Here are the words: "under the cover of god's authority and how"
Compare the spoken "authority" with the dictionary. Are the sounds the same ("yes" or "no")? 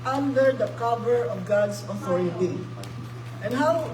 no